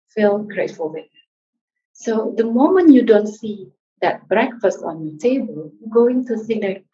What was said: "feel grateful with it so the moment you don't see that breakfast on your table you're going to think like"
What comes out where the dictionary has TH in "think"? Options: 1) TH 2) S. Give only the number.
2